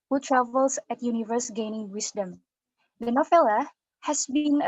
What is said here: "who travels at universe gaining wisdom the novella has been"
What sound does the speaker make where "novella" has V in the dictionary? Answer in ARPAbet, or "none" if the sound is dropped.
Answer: F